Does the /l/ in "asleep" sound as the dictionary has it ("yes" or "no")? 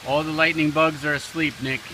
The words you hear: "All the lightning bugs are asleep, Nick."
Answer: yes